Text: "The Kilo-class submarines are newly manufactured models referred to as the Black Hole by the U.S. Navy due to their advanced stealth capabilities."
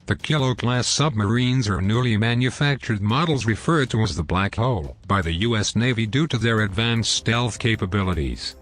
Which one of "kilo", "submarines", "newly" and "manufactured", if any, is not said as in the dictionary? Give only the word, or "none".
none